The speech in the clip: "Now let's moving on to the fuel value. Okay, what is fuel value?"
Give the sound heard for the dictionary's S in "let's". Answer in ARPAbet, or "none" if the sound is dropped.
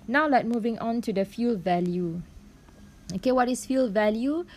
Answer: none